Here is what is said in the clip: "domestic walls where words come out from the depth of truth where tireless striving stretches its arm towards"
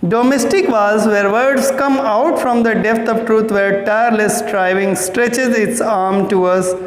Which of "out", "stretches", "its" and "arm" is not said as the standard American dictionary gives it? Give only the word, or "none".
none